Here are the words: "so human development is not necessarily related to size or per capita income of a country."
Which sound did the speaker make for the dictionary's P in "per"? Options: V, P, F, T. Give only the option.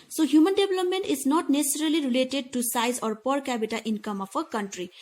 P